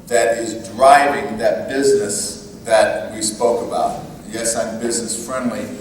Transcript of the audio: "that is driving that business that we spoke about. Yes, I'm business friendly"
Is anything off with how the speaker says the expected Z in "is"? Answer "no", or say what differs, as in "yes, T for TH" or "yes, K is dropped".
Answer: no